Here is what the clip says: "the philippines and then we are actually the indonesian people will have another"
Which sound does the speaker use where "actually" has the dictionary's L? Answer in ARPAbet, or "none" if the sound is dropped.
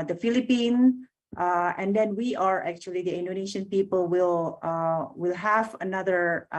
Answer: L